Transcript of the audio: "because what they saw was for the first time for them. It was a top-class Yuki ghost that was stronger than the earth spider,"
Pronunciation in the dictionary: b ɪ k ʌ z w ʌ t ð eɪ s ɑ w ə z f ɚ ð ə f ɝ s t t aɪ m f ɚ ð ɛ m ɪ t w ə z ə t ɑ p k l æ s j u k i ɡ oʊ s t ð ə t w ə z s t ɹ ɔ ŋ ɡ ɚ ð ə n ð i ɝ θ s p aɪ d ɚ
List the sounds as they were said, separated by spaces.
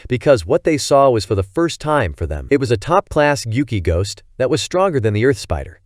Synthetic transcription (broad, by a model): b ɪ k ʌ z w ʌ t ð eɪ s ɑ w ə z f ɚ ð ə f ɝ s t t aɪ m f ɚ ð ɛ m ɪ t w ə z ə t ɑ p k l æ s j u k i ɡ oʊ s t ð ə t w ə z s t ɹ ɔ ŋ ɡ ɚ ð ə n ð i ɝ θ s p aɪ d ɚ